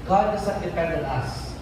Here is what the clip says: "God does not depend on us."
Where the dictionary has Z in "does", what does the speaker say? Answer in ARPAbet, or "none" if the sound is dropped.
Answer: S